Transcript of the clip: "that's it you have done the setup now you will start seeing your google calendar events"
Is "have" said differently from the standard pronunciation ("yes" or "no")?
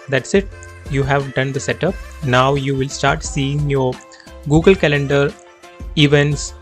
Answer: no